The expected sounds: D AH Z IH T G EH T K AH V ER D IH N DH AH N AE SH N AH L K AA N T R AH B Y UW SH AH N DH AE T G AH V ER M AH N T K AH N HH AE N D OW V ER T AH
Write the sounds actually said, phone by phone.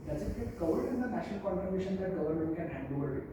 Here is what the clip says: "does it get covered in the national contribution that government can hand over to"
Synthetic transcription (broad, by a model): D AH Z IH T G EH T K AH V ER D IH N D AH N AE SH N AH L K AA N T AH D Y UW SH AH N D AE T G AH V ER M AH N T K AH N HH AE N D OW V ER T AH